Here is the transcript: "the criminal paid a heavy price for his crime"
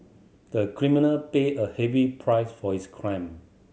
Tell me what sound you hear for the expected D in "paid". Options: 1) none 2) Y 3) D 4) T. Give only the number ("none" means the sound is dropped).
1